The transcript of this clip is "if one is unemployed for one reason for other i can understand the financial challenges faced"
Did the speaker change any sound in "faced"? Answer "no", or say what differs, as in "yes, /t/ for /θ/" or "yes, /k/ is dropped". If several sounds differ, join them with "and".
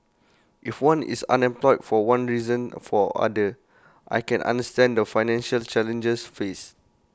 yes, /t/ is dropped